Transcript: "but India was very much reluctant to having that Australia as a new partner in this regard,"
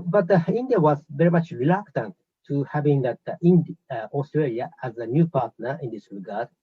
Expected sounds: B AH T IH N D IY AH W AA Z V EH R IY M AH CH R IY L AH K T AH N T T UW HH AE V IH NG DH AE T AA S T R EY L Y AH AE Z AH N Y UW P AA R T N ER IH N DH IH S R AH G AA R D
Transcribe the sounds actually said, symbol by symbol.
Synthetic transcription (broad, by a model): B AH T IH N D IY AH W AA Z V EH R IY M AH CH R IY L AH K T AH N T T UW HH AE V IH NG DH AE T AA S T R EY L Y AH AE Z AH N Y UW P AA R T N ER IH N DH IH S R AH G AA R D